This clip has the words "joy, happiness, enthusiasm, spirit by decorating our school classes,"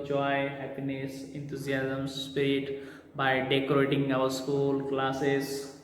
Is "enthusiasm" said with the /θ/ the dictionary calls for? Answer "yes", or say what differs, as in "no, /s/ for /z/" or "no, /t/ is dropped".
no, /t/ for /θ/